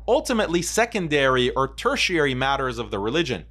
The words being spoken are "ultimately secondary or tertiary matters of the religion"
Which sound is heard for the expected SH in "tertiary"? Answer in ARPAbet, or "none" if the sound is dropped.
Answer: SH